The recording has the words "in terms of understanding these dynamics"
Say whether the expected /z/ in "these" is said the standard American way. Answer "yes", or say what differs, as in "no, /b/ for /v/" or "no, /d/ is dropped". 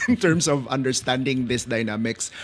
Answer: no, /s/ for /z/